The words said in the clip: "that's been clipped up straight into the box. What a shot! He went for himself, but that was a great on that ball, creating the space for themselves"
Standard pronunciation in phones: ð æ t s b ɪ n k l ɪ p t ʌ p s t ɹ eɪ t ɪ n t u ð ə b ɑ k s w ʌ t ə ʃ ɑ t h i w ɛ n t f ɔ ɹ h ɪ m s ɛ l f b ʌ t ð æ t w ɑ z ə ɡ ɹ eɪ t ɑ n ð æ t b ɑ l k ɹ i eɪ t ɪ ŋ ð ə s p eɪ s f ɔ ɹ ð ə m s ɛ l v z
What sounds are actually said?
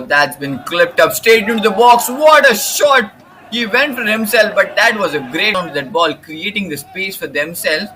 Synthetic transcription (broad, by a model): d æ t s b ɪ n k l ɪ p t ʌ p s t eɪ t ɪ n t u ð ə b ɑ k s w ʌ t ə ʃ ɑ t h i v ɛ n t f ɔ ɹ h ɪ m s ɛ l f b ʌ t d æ t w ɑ z ə ɡ ɹ eɪ t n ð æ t b ɑ l k ɹ i eɪ t ɪ ŋ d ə s p eɪ s f ɔ ɹ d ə m s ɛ l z